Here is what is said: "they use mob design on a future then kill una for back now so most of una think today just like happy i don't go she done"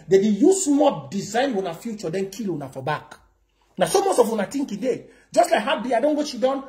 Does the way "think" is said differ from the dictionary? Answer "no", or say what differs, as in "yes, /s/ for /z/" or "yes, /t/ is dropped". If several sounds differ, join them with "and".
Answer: yes, /t/ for /θ/